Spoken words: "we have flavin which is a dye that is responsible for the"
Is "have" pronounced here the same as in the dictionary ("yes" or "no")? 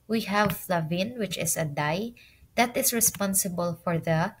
yes